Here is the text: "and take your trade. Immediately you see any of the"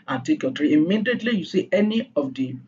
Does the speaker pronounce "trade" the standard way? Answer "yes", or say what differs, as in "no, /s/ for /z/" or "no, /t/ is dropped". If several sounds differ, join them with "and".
no, /d/ is dropped